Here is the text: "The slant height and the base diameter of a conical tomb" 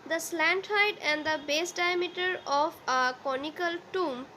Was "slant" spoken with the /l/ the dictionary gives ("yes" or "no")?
yes